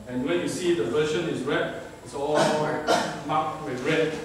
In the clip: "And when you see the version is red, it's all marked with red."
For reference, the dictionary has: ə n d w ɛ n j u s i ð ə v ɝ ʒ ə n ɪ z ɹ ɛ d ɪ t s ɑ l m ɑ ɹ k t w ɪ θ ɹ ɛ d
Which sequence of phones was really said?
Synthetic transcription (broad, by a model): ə n w ɛ n j u s i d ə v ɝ ʃ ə n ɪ s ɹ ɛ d ɪ t s ɑ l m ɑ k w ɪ ɹ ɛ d